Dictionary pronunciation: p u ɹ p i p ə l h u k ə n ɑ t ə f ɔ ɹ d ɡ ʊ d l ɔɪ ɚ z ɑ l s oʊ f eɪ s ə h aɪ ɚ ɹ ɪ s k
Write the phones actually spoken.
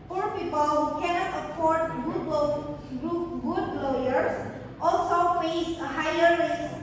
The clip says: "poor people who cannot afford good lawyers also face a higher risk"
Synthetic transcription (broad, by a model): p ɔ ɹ p i p ə l h u k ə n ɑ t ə p ɔ ɹ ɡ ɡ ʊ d l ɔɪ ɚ s ɑ l s oʊ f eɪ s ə h aɪ ɚ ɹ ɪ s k